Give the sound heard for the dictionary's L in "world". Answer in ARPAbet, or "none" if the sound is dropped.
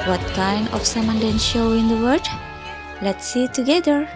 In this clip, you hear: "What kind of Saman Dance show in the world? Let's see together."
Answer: none